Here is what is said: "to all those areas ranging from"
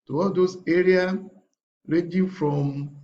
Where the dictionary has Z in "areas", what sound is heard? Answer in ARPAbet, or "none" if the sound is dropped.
none